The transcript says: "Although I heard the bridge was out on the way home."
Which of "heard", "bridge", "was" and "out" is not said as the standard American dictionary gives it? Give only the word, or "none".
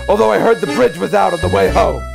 none